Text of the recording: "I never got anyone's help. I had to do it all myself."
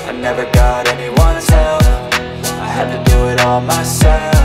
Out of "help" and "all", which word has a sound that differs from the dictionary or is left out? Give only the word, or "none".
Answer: help